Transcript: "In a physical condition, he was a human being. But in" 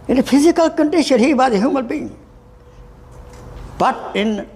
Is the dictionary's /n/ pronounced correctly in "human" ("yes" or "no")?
no